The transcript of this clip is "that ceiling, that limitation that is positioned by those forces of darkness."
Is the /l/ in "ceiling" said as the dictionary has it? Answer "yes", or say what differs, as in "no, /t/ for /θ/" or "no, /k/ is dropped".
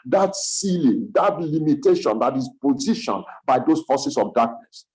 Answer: yes